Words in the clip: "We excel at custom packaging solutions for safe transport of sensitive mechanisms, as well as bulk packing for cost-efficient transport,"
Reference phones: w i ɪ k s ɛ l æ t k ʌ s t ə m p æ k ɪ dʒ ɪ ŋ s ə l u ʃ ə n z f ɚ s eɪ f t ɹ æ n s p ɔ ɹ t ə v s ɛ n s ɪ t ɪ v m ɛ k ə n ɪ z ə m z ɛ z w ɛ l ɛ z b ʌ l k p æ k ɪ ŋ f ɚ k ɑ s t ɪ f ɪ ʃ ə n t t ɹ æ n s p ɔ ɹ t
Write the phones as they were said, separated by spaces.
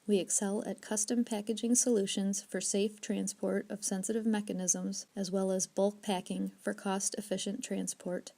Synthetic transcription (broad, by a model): w i ɪ k s ɛ l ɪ t k ʌ s t ə m p æ k ɪ dʒ ɪ ŋ s ə l u ʃ ə n z f ɚ s eɪ f t ɹ æ n s p ɔ ɹ t ə v s ɛ n s ɪ t ɪ v m ɛ k ə n ɪ z ə m z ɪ z w ɛ l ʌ z b ʌ l k p æ k ɪ ŋ f ɚ k ɑ s t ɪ f ɪ ʃ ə n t t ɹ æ n s p ɔ ɹ t